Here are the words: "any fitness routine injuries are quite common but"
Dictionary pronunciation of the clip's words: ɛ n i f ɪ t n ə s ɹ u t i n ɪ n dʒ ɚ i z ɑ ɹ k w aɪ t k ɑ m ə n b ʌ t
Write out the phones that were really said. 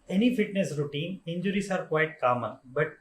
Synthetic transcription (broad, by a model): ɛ n i f ɪ t n ə s ɹ u t i n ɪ n dʒ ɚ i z ɑ ɹ k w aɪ t k ɑ m ə n b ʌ t